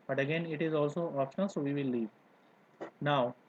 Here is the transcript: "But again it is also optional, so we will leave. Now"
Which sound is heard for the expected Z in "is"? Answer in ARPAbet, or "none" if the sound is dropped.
Z